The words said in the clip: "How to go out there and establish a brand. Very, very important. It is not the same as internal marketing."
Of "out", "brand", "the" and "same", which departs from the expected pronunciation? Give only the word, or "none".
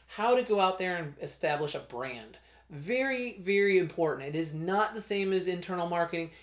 none